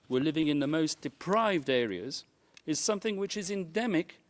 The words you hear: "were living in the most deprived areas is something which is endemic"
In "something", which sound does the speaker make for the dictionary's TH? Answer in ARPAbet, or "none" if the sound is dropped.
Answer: TH